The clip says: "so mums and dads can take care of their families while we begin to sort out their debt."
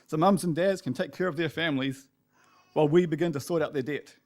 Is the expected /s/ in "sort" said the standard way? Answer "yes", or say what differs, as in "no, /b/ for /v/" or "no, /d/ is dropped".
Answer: yes